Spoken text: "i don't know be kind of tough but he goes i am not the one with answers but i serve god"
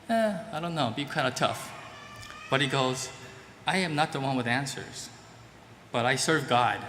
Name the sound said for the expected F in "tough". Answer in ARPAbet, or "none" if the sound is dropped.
F